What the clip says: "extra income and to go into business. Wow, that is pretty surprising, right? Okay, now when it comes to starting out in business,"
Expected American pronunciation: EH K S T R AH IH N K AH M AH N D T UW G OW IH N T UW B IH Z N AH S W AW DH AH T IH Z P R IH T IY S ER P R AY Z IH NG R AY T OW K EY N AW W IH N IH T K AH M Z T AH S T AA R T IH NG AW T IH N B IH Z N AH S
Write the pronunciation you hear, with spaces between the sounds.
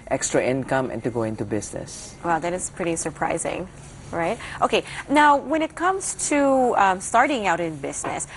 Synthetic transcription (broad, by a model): EH K S T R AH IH N K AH M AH N T UW G OW IH N T UW B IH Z N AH S W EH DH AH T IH S P R IH T IY S ER P R AY Z IH NG R AY T OW K EY N AW W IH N IH T K AH M Z T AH S T AA R T IH NG AW T IH N B IH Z N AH S